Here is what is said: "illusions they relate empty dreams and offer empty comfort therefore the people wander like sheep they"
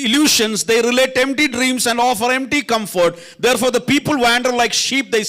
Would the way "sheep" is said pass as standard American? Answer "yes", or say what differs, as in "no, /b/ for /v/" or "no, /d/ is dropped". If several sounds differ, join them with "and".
yes